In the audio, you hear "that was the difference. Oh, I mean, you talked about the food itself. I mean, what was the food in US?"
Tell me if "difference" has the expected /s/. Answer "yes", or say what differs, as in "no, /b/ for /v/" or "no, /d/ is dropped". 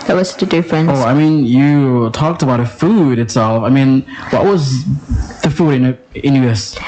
no, /s/ is dropped